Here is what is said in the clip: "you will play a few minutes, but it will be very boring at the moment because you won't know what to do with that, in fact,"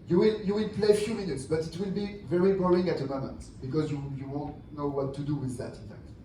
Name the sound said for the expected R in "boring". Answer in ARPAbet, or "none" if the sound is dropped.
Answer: L